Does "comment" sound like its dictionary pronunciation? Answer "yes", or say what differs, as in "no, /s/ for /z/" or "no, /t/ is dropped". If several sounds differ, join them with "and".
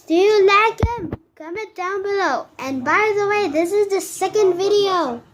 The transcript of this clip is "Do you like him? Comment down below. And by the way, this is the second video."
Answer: no, /n/ is dropped